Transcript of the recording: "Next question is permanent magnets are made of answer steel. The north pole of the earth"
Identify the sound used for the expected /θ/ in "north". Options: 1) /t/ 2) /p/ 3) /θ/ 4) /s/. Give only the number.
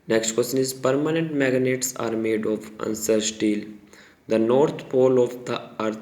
1